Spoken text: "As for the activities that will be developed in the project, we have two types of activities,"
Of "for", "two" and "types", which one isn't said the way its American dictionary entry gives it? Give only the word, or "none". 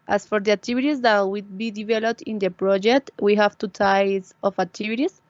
types